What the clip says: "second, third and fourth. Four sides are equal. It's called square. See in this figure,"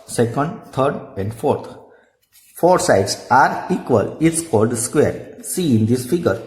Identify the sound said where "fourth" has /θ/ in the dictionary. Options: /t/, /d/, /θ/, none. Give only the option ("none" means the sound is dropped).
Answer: /t/